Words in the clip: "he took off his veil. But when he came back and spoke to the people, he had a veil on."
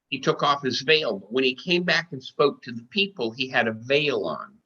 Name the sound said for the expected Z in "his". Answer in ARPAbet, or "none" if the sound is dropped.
Z